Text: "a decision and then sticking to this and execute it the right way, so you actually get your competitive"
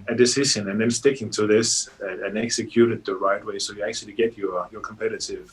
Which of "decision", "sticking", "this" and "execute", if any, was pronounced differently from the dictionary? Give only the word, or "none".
decision